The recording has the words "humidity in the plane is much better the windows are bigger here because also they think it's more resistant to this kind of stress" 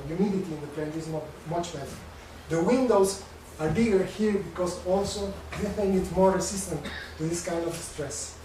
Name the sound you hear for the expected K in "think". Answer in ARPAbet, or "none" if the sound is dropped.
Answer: none